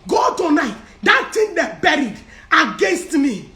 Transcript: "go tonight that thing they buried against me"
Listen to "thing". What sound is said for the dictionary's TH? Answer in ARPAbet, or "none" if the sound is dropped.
T